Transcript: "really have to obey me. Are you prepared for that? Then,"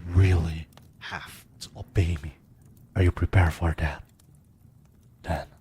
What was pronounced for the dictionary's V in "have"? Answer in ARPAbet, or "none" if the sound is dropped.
F